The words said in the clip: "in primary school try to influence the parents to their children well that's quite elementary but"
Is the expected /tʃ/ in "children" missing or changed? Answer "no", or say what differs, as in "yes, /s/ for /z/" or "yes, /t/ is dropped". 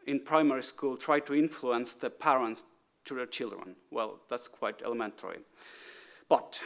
no